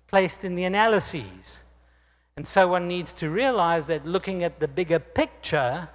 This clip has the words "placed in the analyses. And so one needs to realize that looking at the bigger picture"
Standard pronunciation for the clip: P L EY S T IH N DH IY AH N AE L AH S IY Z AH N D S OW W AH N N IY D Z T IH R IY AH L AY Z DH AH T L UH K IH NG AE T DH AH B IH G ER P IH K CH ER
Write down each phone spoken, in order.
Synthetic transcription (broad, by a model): P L EY S T IH N DH IY AH N AE L AH S IY Z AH N S OW W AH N N IY D Z T IH R IY AH L AY Z DH AH T L UH K IH NG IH T DH AH B IH G ER P IH K CH ER